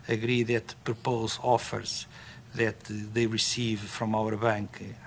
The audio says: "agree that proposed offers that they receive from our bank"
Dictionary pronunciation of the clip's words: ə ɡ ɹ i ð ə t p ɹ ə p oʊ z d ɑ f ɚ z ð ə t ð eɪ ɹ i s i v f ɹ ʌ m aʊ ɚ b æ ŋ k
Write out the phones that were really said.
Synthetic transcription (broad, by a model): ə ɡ ɹ i ð ə t p ɹ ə p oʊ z ɑ f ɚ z ð ə t ð eɪ ɹ i s i v f ɹ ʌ m aʊ ɚ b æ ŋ k